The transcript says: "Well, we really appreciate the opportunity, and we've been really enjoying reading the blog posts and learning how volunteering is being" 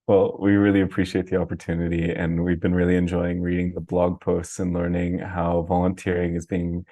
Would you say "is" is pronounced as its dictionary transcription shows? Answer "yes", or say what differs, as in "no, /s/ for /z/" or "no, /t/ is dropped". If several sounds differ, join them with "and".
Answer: yes